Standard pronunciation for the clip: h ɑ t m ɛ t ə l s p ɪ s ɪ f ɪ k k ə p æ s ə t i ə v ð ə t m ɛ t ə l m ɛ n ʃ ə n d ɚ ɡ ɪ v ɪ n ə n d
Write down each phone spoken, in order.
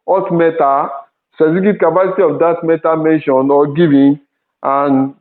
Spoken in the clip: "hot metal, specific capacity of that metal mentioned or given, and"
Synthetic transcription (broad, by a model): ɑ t m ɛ t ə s ɪ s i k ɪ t k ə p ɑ s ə t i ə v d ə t m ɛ t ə m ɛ n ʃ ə n ɔ ɡ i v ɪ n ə n